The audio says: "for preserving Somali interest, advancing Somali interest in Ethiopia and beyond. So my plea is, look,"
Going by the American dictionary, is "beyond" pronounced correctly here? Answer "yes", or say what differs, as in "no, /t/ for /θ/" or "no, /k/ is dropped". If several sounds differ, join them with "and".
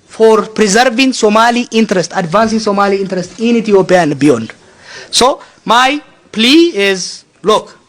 yes